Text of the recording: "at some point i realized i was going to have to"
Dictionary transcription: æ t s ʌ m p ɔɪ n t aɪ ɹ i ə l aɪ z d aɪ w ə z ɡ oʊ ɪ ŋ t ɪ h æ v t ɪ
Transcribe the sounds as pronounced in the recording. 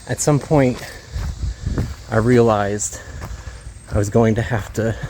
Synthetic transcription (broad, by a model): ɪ t s ʌ m p ɔɪ n t aɪ ɹ i ə l aɪ z d aɪ w ə z ɡ oʊ ɪ ŋ t ɪ h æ f t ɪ